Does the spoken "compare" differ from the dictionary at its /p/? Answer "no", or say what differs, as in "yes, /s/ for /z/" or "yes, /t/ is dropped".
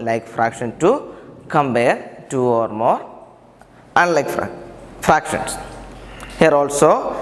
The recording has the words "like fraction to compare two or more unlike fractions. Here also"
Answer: yes, /b/ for /p/